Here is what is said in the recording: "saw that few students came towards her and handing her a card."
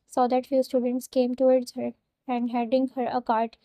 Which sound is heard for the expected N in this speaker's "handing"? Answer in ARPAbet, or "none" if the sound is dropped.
none